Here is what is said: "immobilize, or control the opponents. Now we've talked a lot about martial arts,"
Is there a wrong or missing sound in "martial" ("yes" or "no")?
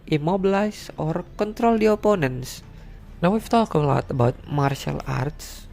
no